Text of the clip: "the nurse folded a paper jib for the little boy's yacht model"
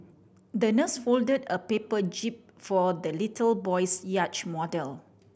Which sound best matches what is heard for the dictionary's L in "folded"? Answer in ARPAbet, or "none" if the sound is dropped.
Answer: L